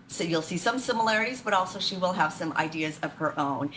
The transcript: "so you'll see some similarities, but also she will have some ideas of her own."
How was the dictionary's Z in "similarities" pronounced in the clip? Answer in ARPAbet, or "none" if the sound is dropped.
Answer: Z